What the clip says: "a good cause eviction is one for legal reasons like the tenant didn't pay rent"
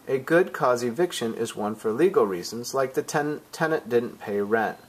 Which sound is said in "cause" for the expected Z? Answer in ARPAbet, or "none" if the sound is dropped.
Z